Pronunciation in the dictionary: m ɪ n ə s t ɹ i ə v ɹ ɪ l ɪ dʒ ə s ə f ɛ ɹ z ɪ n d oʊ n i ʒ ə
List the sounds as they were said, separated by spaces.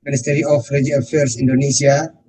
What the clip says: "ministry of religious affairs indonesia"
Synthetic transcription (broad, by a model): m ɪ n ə s t ɹ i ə f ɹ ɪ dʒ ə ə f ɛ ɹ s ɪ n d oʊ n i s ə